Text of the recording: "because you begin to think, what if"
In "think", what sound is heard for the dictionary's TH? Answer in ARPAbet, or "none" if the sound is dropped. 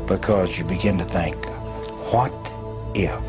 TH